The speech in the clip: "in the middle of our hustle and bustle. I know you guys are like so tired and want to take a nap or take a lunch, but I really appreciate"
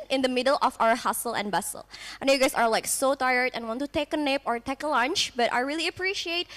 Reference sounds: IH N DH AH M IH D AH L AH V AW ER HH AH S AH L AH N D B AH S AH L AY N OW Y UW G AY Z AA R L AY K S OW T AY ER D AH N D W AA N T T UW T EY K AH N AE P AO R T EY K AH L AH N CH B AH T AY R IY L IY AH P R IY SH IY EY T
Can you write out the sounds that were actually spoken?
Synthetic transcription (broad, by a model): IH N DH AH M IH D AH L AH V AW ER HH AH S AH L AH N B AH S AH L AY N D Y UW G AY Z AA R L AY K S OW T AY ER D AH N W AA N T T UW T EY K AH N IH P AO R T EY K AH L AH N CH B AH T AY R IY L IY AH P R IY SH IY EY T